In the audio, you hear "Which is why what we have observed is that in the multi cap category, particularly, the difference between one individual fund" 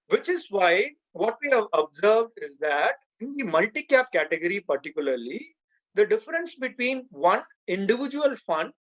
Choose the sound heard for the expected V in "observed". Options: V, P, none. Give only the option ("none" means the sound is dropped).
V